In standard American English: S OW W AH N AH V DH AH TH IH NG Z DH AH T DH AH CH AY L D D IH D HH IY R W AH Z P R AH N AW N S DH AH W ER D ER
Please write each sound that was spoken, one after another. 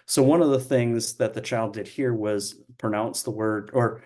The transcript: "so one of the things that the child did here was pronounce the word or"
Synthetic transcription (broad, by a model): S OW W AH N AH V DH AH TH IH NG Z DH AH T DH AH CH AY L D D IH D HH IY R W AH Z P R AH N AW N S DH AH W ER D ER